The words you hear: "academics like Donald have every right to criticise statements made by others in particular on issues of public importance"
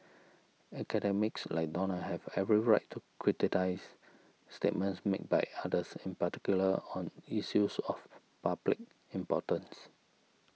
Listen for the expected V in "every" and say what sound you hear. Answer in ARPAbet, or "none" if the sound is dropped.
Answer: V